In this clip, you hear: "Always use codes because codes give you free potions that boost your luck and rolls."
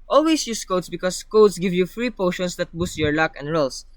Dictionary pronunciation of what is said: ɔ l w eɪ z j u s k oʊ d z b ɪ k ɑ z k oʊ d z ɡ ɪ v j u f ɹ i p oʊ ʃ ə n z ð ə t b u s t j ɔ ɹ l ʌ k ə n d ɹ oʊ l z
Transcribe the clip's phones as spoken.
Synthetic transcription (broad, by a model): ɔ l w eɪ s j u s k oʊ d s b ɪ k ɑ s k oʊ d s ɡ ɪ v j u f ɹ i p oʊ ʃ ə n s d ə t b u s t j ɔ ɹ l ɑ k ə n d ɹ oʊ l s